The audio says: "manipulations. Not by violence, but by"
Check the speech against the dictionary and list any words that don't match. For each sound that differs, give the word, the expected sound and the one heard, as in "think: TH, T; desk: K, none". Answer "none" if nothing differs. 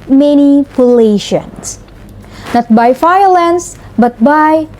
violence: V, F